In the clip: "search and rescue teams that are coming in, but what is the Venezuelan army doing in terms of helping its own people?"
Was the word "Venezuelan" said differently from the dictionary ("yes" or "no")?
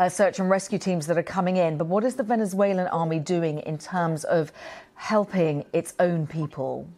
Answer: no